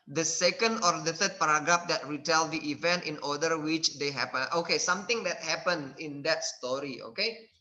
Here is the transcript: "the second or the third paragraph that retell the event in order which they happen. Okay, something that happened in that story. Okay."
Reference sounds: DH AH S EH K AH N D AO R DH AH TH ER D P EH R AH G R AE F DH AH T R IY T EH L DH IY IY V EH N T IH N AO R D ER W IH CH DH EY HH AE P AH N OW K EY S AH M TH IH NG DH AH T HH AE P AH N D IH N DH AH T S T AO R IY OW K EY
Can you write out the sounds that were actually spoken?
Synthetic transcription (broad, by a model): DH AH S EH K AH N D AO R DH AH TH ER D P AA R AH G R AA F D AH T R IY T EH L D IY IY V EH N T IH N AO D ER W IH CH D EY HH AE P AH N OW K EY S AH M T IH NG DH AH T HH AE P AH N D IH N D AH T S T AO R IY OW K EY